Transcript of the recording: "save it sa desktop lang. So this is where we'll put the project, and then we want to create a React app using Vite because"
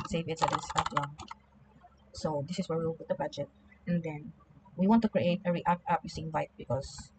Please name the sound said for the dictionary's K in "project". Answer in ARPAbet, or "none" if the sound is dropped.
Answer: none